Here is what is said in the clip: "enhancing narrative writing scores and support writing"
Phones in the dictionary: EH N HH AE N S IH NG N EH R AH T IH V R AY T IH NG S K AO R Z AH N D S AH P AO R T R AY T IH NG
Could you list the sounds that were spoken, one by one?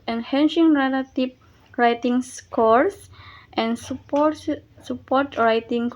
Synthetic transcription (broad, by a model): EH N HH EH N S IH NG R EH L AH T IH P R AY T IH NG S K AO R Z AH N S S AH P AO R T R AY T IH NG